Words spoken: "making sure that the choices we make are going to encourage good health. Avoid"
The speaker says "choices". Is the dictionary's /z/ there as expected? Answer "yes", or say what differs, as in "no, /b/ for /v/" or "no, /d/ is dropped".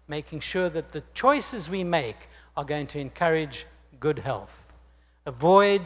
yes